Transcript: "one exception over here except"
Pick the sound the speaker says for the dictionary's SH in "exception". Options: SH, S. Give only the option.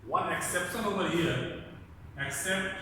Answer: S